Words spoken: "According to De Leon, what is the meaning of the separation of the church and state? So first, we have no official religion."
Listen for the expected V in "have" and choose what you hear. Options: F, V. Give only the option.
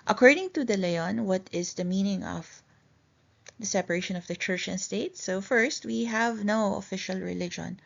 V